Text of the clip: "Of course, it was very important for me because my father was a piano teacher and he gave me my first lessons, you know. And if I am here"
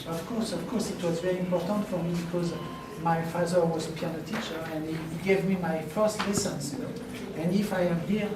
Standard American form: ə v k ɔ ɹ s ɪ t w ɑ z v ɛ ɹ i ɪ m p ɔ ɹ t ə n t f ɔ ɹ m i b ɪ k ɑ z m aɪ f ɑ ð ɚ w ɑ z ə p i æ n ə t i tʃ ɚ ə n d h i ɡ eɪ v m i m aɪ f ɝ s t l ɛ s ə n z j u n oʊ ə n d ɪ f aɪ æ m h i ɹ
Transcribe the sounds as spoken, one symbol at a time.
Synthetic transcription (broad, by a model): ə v k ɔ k s ɪ t w ɑ z v ɛ ɹ i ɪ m p ɔ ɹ t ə n t f ɔ ɹ m i b ɪ k ɑ z m aɪ f ɑ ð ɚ w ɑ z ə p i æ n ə t i tʃ ɚ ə n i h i ɡ eɪ v m i m aɪ f ɝ s t l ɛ s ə n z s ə n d ɪ f aɪ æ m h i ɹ